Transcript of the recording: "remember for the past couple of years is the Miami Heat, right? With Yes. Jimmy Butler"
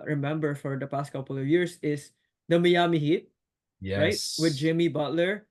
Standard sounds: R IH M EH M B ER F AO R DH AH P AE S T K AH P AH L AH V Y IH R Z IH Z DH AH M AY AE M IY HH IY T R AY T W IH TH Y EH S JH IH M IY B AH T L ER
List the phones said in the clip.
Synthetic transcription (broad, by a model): R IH M EH M B ER F AO R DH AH P AE S T K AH P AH L AH V Y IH R S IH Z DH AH M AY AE M IY HH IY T R AY T W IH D JH IH M IY B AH T L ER